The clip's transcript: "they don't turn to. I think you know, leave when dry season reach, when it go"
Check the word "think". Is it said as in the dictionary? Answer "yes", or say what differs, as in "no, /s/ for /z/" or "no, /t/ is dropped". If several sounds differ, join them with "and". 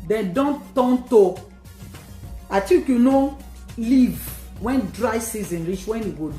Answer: no, /t/ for /θ/ and /ŋ/ is dropped